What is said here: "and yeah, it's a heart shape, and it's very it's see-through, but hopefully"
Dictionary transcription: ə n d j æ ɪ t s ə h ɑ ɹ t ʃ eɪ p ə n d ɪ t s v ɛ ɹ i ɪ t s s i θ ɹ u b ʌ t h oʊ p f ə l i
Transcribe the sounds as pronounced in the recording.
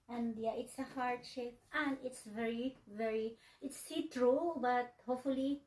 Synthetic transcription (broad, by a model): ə n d j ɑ ɪ t s ə h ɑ ɹ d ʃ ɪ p ə n d ɪ t s v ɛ ɹ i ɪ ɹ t s i t ɹ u b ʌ t h oʊ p f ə l i